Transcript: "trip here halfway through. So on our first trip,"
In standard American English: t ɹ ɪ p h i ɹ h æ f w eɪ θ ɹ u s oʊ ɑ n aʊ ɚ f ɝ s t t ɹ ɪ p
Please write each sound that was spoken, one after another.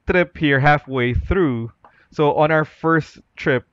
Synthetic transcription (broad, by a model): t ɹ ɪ p h i ɹ h æ f w eɪ θ ɹ u s oʊ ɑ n aʊ ɚ f ɝ s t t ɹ ɪ p